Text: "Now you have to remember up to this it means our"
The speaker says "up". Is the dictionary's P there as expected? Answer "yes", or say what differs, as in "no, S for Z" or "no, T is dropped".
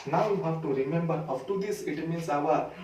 no, F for P